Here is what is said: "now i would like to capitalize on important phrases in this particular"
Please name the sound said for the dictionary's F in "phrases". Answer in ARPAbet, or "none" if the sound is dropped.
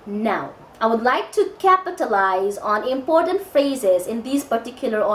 F